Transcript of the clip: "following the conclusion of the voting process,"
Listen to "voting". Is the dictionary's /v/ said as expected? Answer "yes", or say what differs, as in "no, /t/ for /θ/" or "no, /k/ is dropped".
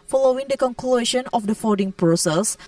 no, /f/ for /v/